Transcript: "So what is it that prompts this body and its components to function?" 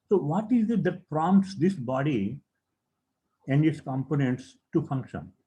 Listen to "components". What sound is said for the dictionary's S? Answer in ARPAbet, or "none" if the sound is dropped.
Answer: S